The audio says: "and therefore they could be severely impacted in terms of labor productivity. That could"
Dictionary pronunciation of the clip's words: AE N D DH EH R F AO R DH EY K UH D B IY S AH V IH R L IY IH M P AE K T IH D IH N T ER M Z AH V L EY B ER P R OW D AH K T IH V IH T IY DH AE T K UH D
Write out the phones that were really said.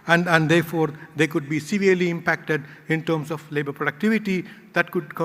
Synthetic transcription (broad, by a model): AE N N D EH R F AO R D EY K UH D B IY S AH V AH R L IY IH M P AE K T IH D IH N T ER M S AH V L EY B ER P R OW D AH K T IH V IH T IY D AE T K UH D